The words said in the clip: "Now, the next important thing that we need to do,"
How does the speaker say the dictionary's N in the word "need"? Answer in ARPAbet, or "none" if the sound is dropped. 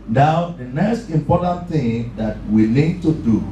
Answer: L